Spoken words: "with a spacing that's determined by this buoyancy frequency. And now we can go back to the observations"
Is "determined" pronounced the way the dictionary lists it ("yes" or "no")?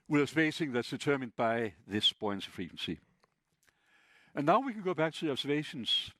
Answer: yes